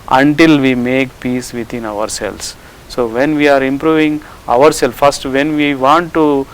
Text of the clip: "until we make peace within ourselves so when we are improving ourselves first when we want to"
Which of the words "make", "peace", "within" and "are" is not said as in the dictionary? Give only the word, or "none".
within